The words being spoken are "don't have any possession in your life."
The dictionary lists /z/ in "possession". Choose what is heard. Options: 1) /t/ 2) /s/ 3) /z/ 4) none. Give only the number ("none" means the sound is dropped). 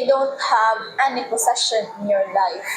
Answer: 2